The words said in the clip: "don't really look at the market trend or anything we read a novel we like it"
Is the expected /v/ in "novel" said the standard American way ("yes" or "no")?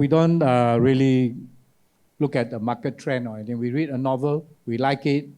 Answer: yes